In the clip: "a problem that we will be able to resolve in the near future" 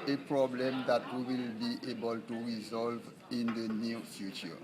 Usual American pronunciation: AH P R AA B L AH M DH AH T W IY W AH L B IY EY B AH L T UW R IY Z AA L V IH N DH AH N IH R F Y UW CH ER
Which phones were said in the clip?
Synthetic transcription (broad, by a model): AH P R AA B L AH M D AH T W IY W AH L B IY EY B AH L T UW R IY Z AA L V IH N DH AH N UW F Y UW CH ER